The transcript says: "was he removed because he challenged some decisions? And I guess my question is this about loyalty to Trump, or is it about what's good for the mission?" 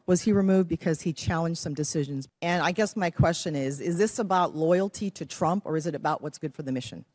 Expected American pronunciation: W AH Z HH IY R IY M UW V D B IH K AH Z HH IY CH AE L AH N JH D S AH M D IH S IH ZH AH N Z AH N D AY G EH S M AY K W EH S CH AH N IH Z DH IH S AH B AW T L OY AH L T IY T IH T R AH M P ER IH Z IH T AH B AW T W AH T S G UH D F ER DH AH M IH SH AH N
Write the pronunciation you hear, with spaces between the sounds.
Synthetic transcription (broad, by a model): W AH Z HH IY R IY M UW V D B IH K AH Z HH IY CH AE L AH N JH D S AH M D IH S IH ZH AH N Z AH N AY G EH S M AY K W EH S CH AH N IH Z DH IH S AH B AW T L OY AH L T IY T IH T R AH M P ER IH Z IH T AH B AW T W AH T S G UH D F ER DH AH M IH SH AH N